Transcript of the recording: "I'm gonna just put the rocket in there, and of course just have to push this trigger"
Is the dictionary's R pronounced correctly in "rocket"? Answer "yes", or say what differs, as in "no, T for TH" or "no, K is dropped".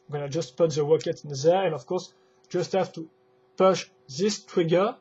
no, W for R